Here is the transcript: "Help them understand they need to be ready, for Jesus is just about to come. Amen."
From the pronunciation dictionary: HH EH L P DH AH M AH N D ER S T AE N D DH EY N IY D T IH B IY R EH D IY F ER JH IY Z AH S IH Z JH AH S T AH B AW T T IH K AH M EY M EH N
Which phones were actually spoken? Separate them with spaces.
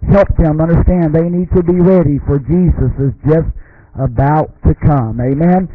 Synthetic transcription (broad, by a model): HH EH L P DH AH M AH N D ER S T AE N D DH EY N IY D T IH B IY R EH D IY F ER JH IY Z AH S IH Z JH AH S T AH B AW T T IH K AH M EY M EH N